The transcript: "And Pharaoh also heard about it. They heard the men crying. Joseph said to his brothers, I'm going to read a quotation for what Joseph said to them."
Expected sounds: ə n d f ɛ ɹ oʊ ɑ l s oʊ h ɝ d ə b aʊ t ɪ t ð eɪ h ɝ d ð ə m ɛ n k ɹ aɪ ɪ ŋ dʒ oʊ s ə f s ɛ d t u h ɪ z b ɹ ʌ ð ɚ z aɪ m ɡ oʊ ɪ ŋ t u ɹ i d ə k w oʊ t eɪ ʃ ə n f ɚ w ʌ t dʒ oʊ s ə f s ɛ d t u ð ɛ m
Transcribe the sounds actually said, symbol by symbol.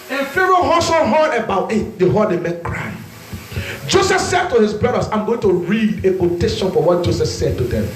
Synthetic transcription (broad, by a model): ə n f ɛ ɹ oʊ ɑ s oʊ h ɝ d ə b aʊ t ɪ t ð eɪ h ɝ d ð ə m ɛ n k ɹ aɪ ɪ dʒ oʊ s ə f s ɛ d t u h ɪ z b ɹ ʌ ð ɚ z aɪ m ɡ oʊ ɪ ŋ t u ɹ i d ə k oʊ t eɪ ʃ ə n f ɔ w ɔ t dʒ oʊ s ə s ɛ d t u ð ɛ m